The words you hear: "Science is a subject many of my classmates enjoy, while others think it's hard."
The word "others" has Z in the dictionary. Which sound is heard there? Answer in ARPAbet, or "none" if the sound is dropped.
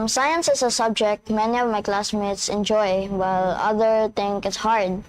none